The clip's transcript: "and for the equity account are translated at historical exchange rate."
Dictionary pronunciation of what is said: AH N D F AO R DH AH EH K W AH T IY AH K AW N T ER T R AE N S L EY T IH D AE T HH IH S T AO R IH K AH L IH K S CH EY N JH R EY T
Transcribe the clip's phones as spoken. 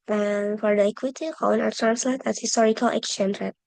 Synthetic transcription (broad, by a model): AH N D F AO R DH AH EH K W AH T IY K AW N ER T R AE N S L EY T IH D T HH IH S T AO R IH K AH L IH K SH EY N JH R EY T